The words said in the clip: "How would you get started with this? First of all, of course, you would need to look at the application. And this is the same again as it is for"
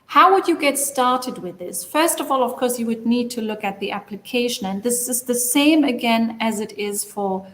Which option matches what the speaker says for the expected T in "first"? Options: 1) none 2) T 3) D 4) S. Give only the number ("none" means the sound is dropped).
2